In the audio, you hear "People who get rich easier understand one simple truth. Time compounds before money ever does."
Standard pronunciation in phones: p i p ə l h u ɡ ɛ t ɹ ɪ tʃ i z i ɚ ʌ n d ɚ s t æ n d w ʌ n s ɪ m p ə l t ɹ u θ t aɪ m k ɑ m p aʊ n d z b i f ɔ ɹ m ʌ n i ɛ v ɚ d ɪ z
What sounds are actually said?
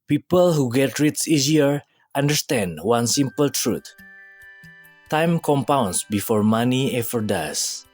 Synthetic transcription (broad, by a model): p i p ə l h u ɡ ɛ t ɹ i s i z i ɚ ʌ n d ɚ s t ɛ n d w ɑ n s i m p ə l t ɹ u t t aɪ m k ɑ m p aʊ n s b i f ɔ ɹ m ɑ n i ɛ f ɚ d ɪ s